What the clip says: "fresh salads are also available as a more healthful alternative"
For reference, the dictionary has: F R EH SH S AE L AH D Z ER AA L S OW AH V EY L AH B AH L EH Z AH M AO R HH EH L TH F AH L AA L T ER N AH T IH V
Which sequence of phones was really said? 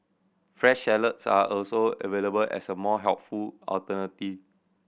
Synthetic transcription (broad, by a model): F R EH SH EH L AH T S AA AA L S OW AH V EY L AH B AH L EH S AH M AO HH EH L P F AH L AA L T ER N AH T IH